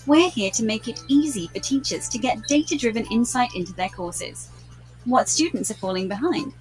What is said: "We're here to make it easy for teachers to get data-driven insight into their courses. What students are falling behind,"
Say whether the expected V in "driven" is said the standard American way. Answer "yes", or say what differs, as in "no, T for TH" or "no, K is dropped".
yes